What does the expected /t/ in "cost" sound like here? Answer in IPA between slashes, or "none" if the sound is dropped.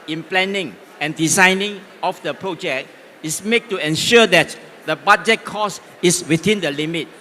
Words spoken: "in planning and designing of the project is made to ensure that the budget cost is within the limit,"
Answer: none